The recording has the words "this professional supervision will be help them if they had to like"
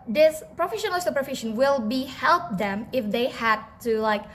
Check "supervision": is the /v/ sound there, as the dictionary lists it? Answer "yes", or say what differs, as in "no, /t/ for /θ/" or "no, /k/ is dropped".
no, /f/ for /v/